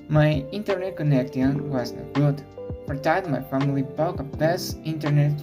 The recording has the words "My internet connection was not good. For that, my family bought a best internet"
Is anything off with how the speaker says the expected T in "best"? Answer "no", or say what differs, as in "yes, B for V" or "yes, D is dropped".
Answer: yes, T is dropped